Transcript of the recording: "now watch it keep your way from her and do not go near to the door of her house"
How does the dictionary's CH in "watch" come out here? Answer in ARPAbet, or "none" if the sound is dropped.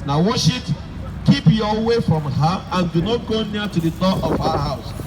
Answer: SH